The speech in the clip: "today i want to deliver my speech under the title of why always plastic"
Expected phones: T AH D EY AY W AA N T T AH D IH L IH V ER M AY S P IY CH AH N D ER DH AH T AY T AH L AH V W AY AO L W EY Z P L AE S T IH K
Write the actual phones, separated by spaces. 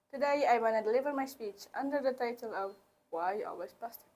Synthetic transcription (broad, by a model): T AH D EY AY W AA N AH D IH L IH V ER M AY S P IY CH AH N D ER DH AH T AY T AH L AH V W AY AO L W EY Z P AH S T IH